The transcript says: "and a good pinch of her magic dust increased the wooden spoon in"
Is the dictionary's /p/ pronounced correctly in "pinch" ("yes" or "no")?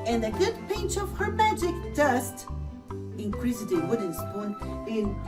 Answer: yes